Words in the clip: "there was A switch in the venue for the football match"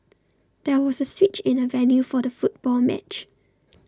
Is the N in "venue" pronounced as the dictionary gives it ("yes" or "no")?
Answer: no